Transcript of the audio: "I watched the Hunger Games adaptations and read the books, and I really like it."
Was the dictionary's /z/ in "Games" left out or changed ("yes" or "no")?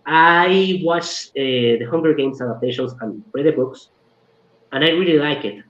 yes